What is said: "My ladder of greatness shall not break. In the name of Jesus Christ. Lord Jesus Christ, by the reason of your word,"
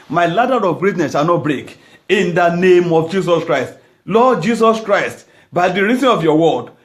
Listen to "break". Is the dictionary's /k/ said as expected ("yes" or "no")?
yes